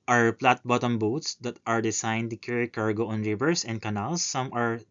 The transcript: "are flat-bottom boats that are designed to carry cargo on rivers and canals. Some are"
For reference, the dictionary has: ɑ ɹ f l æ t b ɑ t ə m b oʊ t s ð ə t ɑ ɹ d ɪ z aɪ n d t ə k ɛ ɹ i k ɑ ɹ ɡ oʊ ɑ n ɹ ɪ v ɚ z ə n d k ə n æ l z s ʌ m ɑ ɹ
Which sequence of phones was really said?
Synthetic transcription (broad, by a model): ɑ ɹ p l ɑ t b ɑ t ə m b oʊ t s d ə t ɑ ɹ d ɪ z aɪ n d t ə k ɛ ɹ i k ɑ ɹ ɡ oʊ ɑ n ɹ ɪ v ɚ s ə n d k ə n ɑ l s ʌ m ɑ ɹ